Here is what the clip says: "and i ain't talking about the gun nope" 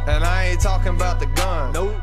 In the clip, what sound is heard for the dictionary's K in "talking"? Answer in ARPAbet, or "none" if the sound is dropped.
K